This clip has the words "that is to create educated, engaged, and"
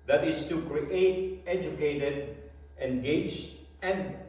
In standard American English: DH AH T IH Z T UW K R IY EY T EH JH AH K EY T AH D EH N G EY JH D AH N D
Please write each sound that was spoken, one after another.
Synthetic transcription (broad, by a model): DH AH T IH S T UW K R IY EY T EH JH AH K EY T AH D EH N G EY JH AH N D